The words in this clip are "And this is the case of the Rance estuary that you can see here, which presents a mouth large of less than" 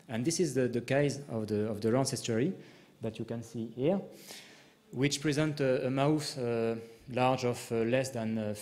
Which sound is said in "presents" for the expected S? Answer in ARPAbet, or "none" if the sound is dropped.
none